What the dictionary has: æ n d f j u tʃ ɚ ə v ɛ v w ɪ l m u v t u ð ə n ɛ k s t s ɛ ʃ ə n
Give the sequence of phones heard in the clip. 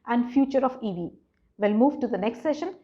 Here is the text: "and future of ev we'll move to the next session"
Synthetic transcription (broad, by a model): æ n d f j u tʃ ɚ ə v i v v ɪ l m u v t u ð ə n ɛ k s t s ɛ ʃ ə n